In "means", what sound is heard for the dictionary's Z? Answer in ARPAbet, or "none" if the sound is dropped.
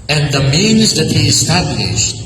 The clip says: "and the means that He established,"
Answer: Z